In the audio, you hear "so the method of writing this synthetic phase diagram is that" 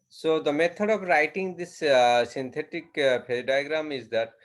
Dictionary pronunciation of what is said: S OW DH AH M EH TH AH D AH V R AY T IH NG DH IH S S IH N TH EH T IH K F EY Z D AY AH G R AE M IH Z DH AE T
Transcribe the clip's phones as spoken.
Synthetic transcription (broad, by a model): S OW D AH M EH T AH D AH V R AY T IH NG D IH S S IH N T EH T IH K P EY D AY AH G R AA M IH Z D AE T